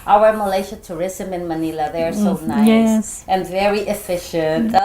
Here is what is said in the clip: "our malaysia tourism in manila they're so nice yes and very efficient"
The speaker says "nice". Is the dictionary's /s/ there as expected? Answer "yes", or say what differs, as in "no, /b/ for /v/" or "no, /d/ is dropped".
no, /s/ is dropped